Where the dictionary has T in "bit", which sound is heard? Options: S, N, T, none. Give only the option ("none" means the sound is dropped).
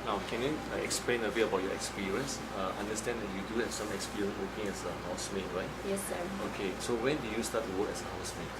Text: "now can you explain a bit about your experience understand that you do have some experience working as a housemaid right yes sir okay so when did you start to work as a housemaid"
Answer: none